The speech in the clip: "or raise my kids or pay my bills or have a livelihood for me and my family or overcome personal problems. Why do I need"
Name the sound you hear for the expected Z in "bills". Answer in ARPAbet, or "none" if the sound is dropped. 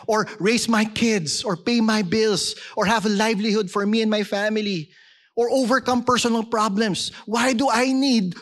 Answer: S